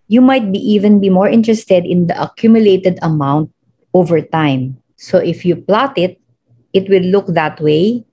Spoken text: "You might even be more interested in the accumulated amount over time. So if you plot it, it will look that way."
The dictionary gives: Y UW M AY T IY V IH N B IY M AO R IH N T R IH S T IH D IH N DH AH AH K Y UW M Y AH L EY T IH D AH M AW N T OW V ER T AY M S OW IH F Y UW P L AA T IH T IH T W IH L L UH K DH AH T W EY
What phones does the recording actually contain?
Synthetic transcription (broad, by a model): Y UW M AY T IY V IH N B IY M AO R IH N T R IH S T IH D IH N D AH AH K Y UW M Y AH L EY T IH D AH M AW N T OW V ER T AY M S OW IH F Y UW P L AA T IH T IH T W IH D L UH K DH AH T W EY